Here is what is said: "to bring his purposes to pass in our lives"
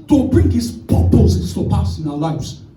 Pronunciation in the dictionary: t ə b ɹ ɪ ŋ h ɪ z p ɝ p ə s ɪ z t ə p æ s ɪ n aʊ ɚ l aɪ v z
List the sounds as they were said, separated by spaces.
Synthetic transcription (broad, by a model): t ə b ɹ ɪ ŋ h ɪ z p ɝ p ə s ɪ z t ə p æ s ɪ n aʊ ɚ l aɪ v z